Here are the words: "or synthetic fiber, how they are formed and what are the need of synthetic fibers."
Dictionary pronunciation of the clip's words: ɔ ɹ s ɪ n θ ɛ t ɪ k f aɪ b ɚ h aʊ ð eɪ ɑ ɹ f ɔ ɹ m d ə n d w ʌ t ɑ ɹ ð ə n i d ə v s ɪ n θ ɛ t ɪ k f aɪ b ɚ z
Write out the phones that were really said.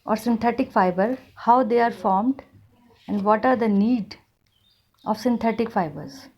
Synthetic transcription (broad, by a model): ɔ ɹ s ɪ n t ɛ t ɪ k f aɪ b ɚ h aʊ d eɪ ɑ ɹ f ɔ ɹ m d ə n d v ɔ t ɑ ɹ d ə n i d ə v s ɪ n t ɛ t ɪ k f aɪ b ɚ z